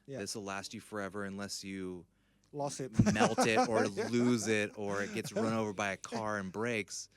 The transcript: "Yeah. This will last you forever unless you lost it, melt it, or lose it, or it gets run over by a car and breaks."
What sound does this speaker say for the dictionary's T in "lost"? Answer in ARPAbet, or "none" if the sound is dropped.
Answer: none